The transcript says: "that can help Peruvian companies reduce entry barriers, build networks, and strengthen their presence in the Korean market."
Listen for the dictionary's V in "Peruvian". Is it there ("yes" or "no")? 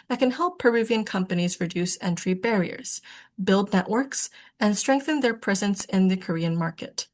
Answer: yes